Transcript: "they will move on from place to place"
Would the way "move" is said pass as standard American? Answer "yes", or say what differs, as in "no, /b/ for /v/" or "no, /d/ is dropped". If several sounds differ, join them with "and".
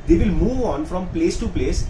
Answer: yes